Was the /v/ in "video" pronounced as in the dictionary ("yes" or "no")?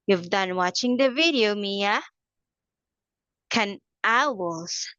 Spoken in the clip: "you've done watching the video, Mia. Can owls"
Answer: yes